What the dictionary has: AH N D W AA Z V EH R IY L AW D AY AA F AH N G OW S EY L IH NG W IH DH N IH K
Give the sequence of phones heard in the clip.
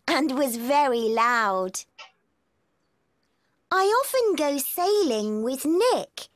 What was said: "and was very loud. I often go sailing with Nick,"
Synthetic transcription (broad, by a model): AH N W AA Z V EH R IY L AW D AY AA F AH N G OW S EY L IH NG W IH DH N IH K